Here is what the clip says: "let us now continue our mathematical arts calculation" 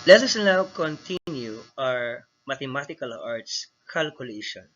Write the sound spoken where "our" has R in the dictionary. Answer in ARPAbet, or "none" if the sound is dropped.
R